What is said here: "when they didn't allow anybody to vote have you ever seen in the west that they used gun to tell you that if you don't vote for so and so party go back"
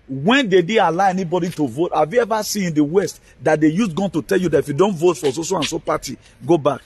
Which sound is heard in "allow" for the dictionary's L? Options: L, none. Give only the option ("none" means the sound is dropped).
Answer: none